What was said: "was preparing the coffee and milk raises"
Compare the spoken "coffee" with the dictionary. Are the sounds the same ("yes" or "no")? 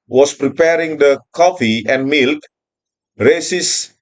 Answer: yes